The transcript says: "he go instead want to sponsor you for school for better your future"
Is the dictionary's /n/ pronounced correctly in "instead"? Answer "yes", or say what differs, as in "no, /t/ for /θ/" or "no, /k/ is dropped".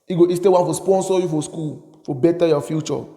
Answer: no, /n/ is dropped